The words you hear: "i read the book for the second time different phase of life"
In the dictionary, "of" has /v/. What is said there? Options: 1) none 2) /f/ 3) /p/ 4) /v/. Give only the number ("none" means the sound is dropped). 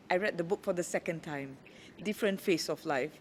2